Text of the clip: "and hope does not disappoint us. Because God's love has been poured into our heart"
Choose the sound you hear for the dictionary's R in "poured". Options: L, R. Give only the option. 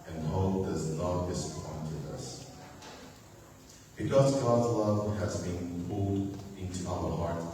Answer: L